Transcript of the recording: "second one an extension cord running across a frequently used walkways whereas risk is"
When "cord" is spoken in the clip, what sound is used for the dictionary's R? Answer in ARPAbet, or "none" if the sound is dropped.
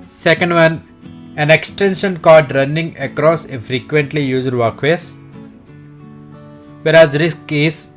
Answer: L